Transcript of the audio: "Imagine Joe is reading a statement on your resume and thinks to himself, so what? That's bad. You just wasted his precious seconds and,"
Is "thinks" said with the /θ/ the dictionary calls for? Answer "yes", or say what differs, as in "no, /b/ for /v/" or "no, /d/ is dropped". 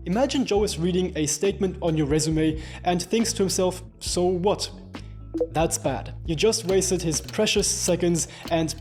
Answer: yes